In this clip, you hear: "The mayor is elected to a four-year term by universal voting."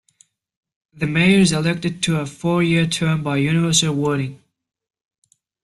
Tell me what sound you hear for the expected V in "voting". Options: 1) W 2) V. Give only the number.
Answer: 1